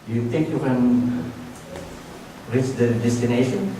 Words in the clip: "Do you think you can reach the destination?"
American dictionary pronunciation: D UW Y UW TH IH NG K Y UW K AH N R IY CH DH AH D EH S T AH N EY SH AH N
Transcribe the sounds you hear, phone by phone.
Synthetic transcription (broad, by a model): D Y UW T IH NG K Y UW K AH N R IY CH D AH D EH S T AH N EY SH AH N